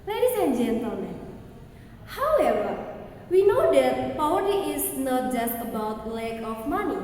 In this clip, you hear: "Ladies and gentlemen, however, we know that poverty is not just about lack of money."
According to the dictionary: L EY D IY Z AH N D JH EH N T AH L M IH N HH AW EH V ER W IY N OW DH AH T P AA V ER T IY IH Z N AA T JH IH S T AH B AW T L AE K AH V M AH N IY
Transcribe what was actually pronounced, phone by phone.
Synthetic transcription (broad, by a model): L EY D IY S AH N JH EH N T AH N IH HH AW EH V ER W IY N OW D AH T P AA W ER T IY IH S N AA T JH IH S T AH B AW T L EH K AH F M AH N IY